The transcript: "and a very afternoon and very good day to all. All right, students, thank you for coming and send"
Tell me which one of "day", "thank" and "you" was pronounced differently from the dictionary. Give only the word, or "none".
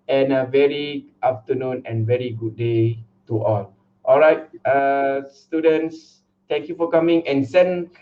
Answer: thank